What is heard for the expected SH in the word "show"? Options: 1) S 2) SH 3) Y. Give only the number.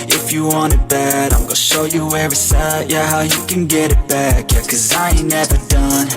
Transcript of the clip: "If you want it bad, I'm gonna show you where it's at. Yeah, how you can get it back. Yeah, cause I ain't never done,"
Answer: 2